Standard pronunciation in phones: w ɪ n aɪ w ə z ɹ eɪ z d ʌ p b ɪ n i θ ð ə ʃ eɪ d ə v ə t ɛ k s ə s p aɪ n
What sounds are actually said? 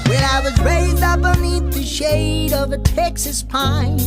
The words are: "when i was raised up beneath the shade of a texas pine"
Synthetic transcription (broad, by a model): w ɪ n aɪ w ə z ɹ eɪ z d ʌ p b ɪ n i θ ð ə ʃ eɪ d ə v ə t ɛ k s ə s p aɪ n